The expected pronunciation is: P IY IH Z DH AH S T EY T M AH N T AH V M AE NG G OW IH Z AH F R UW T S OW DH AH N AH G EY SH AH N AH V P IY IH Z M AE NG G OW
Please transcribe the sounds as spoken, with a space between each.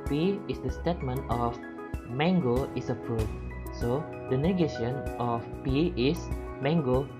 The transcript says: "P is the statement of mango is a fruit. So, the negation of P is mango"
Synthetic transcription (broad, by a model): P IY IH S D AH S T EY T M AH N T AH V M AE NG G OW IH S AH P R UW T S OW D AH N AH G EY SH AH N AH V P IY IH S M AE NG G OW